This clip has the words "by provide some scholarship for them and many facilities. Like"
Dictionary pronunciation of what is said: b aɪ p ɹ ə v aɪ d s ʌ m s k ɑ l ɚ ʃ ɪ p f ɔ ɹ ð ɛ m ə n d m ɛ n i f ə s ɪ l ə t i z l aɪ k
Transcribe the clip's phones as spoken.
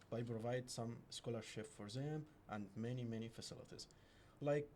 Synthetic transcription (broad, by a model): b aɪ p ɹ ə v aɪ d s ʌ m s k ɑ l ɚ ʃ ɪ p f ɔ ɹ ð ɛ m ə n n m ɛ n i f ə s ɪ l ə t i z l aɪ k